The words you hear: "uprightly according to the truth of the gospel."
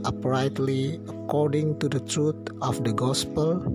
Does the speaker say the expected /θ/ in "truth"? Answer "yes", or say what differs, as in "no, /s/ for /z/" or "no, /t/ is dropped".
no, /t/ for /θ/